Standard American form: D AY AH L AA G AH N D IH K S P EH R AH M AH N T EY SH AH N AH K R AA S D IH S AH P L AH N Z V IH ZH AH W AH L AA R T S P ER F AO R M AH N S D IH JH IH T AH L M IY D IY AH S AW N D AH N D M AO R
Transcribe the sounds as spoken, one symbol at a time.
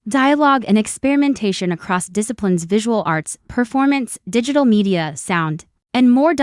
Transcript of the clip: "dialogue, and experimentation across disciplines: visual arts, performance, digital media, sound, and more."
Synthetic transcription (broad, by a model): D AY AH L AA G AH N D IH K S P EH R AH M AH N T EY SH AH N AH K R AA S D IH S AH P L AH N Z V IH ZH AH W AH L AA R T S P ER F AO R M AH N S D IH JH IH T L M IY D IY AH S AW N D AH N M AO R